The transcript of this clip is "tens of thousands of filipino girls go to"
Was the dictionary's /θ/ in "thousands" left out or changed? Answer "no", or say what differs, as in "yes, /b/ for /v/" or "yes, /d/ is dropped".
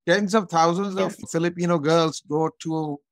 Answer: yes, /t/ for /θ/